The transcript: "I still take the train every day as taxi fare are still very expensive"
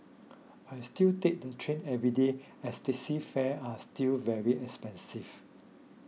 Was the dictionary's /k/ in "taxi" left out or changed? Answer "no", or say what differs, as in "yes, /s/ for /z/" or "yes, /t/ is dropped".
yes, /k/ is dropped